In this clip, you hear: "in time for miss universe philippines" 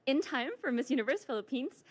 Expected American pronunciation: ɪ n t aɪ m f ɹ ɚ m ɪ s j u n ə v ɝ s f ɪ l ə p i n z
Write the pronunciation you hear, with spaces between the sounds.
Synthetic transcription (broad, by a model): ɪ n t aɪ m f ɹ ɚ m ɪ s j u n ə v ɝ s f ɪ l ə p i n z